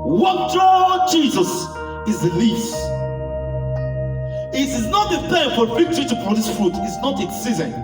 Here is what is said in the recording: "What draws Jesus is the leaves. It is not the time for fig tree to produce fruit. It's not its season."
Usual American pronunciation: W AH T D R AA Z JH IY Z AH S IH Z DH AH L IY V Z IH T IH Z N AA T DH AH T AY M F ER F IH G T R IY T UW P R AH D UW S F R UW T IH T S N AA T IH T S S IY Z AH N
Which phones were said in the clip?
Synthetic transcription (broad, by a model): W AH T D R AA JH IY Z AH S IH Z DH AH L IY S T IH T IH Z N AA T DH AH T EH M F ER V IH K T R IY T UW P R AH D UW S F R UW T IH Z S N AA T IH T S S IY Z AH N